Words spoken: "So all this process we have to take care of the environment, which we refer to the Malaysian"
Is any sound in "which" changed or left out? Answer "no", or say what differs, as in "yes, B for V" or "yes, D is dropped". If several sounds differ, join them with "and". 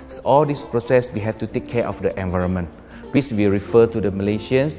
yes, S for CH